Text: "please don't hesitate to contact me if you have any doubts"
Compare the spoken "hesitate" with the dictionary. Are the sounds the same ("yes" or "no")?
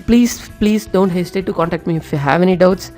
no